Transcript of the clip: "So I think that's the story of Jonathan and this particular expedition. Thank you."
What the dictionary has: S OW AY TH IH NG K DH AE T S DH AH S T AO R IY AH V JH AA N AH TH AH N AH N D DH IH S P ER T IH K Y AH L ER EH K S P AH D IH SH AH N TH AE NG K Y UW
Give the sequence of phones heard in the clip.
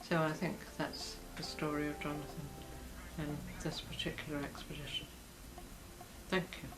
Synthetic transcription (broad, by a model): S OW AY TH IH NG K DH AE T S DH AH S T AO R IY AH V JH AA N AH TH AH N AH N DH IH S P ER T IH K Y L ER EH K S P AH D IH SH AH N TH AE NG K Y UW